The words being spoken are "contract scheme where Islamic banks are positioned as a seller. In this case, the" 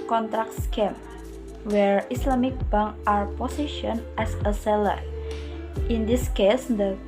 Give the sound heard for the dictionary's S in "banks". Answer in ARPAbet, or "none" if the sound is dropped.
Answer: none